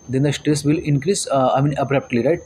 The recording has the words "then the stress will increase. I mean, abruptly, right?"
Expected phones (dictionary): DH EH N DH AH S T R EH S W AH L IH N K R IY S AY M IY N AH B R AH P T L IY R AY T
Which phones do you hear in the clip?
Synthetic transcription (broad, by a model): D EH N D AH S T R EH S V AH L IH N K R IY S AY M IY N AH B R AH P T L IY R AY T